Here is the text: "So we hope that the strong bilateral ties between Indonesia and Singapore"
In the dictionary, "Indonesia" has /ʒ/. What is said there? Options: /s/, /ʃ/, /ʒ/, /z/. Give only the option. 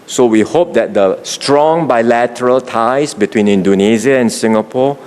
/z/